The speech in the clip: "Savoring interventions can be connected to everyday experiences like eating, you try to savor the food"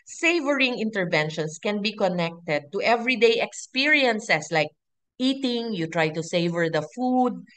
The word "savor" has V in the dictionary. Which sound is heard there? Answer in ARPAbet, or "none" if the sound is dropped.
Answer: V